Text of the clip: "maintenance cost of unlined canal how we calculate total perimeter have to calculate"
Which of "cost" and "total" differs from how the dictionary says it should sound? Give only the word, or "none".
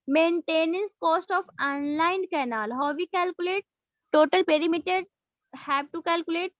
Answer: none